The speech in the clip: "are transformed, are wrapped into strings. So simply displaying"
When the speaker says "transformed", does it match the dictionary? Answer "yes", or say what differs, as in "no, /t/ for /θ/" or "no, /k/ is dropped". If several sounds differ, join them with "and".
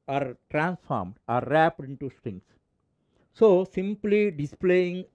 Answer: yes